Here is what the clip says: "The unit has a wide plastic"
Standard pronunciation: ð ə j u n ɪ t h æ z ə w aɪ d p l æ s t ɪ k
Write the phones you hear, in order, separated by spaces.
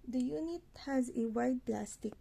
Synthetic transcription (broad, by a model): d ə j u n ɪ t h æ z ə w aɪ d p l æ s t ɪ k